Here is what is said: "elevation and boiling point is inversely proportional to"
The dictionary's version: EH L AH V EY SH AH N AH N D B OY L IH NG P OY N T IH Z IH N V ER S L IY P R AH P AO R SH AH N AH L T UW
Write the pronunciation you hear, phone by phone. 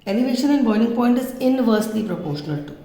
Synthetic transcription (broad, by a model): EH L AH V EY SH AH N AH N D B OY N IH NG P OY N T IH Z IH N V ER S L IY P R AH P AO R SH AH N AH L T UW